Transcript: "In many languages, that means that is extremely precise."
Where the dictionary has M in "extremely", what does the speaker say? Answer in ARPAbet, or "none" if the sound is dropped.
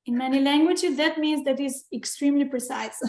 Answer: M